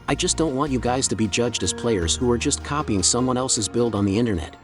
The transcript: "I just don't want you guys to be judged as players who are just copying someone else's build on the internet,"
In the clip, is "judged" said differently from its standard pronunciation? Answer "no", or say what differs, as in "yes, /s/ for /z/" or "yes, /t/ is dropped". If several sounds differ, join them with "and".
no